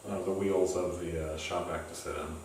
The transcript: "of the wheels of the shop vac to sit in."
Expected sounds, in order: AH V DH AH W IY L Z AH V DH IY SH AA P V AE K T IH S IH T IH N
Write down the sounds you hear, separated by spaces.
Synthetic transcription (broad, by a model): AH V DH AH W IY L Z AH V DH IY SH AA P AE K T IH S IH T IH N